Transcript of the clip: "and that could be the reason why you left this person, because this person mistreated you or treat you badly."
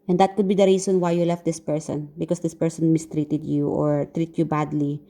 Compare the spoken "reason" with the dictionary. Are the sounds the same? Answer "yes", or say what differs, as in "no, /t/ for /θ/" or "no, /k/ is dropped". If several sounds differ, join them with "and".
no, /s/ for /z/